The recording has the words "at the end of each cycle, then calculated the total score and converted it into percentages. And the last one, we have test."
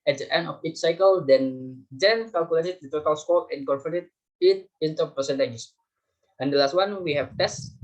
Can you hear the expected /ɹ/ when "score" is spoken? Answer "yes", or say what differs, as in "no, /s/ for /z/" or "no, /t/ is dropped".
no, /l/ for /ɹ/